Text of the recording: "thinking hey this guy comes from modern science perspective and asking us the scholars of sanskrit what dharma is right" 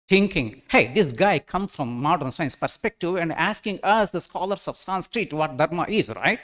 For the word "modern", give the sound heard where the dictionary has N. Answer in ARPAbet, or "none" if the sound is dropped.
N